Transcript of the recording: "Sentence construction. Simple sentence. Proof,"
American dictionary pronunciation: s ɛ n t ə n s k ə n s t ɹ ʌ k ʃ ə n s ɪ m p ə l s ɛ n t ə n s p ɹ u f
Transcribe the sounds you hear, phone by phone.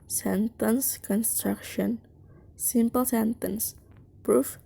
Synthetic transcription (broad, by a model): s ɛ n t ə n s k ə n s t ɹ ʌ k ʃ ə n s ɪ m p ə l s ɛ n t ə n s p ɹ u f